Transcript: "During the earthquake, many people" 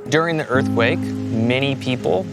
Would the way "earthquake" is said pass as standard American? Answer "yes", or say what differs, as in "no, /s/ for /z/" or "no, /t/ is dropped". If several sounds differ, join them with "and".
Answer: yes